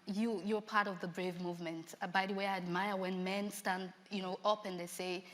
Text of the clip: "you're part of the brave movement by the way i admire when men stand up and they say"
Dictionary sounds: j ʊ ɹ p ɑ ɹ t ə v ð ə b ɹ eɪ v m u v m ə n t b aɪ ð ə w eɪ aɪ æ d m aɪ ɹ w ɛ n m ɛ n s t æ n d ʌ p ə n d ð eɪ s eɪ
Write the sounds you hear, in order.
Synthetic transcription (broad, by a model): j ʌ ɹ p ɑ ɹ t ə v ð ə b ɹ eɪ v m u v m ə n t b aɪ ð ə w eɪ aɪ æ d m aɪ ɹ w ɛ n m ɛ n s t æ n d ʌ p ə n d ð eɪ s eɪ